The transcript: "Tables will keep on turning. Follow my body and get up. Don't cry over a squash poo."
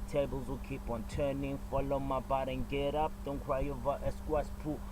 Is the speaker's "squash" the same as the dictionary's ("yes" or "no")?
no